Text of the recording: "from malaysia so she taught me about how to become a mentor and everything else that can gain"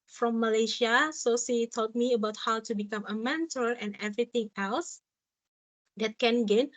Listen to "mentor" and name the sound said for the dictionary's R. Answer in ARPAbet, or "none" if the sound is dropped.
L